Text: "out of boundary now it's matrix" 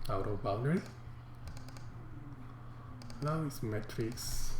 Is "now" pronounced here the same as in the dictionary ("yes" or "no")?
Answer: no